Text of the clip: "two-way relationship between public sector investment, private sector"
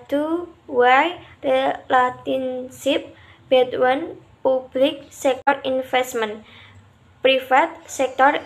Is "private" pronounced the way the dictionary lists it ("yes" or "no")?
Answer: no